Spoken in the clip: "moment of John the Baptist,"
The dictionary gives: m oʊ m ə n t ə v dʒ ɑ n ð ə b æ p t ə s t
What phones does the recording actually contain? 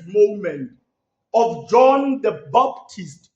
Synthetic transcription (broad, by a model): m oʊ m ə n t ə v dʒ ɑ n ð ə b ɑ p t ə s t